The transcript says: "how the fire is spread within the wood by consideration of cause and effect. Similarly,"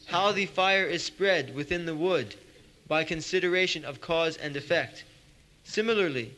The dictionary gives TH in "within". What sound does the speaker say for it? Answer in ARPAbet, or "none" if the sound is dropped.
TH